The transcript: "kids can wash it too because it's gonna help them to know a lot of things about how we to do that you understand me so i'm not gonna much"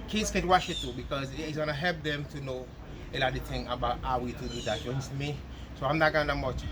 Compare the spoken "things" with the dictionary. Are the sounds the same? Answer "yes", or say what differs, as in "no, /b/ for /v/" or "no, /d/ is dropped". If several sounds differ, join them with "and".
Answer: no, /z/ is dropped